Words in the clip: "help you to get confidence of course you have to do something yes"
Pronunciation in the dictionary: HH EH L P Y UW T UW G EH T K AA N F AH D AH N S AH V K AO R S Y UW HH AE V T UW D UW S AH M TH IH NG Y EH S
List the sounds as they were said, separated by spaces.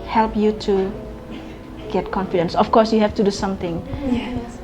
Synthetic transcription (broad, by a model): HH EH L P Y UW T UW G EH T K AA N F AH D AH N S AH F K AO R S Y UW HH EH F T UW D UW S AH M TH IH NG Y